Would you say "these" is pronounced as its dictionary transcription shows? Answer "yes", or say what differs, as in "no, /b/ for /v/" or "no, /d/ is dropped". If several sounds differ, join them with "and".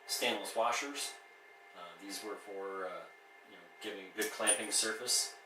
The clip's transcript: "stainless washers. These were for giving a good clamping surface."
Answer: yes